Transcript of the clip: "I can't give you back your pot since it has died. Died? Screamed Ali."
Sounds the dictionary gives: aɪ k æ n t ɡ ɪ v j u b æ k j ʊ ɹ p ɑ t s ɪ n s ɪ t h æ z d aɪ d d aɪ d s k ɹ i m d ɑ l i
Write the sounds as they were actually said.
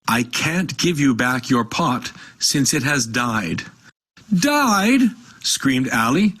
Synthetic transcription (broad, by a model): aɪ k æ n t ɡ ɪ v j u b æ k j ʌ ɹ p ɑ t s ɪ n s ɪ t h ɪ z d aɪ d d aɪ d s k ɹ i m d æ l i